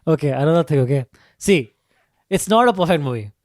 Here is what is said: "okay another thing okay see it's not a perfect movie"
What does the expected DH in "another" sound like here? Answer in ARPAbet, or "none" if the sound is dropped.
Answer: none